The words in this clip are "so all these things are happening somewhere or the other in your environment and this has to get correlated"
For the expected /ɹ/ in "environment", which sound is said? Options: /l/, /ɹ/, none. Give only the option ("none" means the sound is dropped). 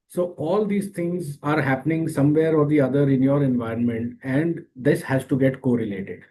/ɹ/